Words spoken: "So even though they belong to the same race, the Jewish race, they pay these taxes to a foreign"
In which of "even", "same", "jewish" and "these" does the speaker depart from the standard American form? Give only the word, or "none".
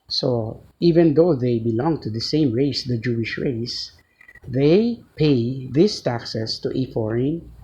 these